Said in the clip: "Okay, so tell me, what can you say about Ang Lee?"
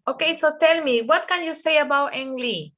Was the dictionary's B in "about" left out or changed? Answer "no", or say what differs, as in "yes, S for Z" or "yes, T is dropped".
no